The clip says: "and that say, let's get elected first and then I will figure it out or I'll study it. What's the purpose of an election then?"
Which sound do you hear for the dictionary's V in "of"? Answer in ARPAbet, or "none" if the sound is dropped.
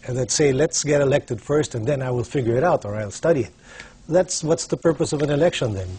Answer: V